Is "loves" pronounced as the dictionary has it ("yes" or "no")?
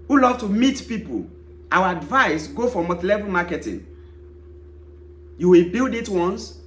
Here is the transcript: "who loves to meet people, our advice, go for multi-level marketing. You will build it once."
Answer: no